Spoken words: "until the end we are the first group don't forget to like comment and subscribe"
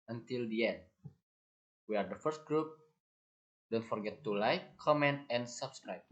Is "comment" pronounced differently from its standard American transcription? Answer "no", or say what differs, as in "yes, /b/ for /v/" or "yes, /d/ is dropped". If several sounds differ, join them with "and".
no